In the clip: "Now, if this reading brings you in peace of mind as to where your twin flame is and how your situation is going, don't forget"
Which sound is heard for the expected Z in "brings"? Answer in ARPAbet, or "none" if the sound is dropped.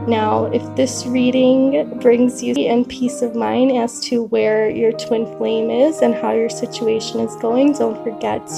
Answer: Z